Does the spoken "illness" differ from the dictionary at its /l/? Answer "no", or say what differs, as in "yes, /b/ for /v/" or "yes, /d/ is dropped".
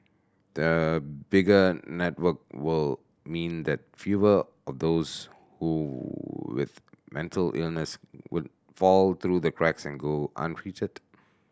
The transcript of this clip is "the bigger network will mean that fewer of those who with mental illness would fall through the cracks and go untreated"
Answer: no